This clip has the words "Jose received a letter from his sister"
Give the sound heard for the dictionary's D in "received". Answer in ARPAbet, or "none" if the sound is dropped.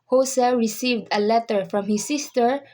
D